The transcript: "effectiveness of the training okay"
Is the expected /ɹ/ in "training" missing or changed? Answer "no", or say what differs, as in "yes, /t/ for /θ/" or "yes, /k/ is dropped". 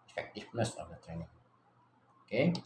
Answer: no